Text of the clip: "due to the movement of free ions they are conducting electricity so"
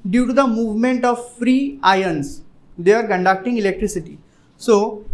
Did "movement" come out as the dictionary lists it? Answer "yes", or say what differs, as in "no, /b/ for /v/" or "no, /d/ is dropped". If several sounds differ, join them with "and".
yes